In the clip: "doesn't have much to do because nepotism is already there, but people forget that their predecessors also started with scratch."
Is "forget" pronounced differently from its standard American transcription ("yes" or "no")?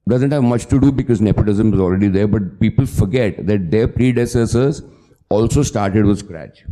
no